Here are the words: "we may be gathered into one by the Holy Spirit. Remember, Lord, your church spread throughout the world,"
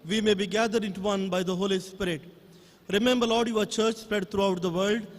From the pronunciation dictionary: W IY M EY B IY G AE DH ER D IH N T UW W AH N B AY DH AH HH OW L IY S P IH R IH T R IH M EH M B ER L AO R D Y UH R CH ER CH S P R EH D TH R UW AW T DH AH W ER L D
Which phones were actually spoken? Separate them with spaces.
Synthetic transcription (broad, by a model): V IY M EY B IY G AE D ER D IH N T UW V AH N B AY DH AH HH OW L IY S P IH R IH T R IH M EH M B ER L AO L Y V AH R CH ER CH S P R EH D T R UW AW T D AH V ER L D